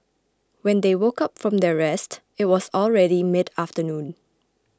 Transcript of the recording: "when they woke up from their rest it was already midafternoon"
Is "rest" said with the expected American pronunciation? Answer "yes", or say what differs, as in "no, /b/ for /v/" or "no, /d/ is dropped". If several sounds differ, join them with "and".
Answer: yes